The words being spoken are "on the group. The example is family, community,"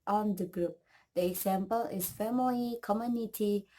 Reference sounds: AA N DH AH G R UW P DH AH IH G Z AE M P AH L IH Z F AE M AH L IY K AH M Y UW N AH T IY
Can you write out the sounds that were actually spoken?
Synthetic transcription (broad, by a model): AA N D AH G R UW P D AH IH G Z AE M P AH L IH S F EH M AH IY K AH M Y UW N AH T IY